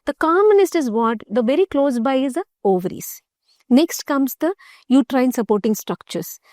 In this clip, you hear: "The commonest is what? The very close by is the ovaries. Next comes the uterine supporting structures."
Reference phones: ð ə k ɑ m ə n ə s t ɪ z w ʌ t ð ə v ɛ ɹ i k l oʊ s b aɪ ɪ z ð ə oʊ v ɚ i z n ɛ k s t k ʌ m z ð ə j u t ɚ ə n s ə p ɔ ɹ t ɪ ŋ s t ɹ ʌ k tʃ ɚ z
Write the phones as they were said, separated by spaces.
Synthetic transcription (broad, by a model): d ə k ɑ m ə n ə s t ɪ z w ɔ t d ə v ɛ ɹ i k l oʊ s b aɪ ɪ z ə oʊ v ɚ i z n ɛ k s t k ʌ m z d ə j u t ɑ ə n s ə p ɔ ɹ t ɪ ŋ s t ɹ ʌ k tʃ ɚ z